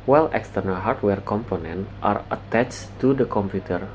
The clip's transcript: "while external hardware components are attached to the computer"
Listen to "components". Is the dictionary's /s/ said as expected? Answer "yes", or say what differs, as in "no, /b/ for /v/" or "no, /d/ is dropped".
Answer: no, /s/ is dropped